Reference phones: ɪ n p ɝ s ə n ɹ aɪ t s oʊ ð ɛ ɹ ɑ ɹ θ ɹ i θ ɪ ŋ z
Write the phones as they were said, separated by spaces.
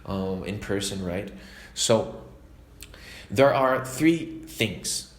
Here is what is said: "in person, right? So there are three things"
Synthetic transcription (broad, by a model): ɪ n p ɝ s ə n ɹ aɪ t s oʊ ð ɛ ɹ ɑ ɹ θ ɹ i θ ɪ ŋ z